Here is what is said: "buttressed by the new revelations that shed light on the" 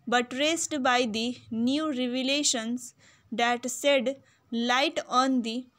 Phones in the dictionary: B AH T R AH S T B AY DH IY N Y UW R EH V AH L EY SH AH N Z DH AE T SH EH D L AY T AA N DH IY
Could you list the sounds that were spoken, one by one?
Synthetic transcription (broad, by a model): B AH T R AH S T B AY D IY N Y UW R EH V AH L EY SH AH N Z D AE T S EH D L AY T AA N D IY